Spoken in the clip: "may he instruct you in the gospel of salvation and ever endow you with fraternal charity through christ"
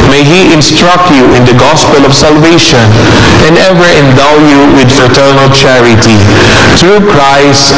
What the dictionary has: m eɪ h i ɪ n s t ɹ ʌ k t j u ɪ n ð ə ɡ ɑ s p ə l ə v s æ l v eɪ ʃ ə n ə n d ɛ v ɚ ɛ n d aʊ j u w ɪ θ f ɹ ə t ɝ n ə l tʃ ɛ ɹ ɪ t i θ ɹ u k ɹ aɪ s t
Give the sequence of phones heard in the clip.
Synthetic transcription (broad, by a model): m eɪ h i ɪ n s t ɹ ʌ k j u ɪ n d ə ɡ ɑ s p ə l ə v s æ l v eɪ ʃ ə n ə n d ɛ v ɚ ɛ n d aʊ j u w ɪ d f ɹ ə t ɝ n ə l tʃ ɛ ɹ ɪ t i t ɹ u k ɹ aɪ s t